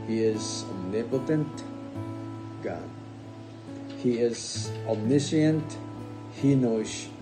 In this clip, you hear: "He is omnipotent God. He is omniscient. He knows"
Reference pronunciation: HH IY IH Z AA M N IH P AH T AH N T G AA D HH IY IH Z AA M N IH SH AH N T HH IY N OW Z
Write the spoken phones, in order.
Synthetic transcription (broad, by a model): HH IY IH Z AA N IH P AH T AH N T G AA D HH IY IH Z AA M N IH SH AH N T HH IY N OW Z